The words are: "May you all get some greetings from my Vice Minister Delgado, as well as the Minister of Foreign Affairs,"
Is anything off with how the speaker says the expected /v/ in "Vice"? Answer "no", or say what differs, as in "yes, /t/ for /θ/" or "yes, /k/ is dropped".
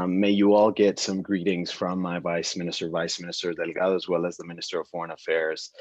no